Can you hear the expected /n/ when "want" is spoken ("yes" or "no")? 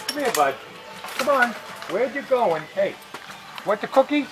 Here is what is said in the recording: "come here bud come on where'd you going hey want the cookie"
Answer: no